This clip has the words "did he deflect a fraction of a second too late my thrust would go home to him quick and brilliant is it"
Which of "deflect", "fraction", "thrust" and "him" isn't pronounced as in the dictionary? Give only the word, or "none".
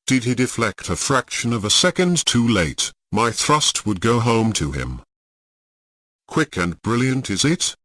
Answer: none